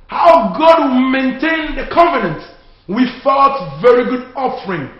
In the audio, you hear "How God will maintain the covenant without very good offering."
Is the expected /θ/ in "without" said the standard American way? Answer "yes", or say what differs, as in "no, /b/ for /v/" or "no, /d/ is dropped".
no, /f/ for /θ/